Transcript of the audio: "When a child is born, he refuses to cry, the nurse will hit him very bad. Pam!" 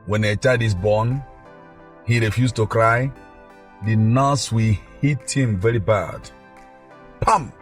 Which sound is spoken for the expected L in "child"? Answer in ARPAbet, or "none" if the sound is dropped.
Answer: none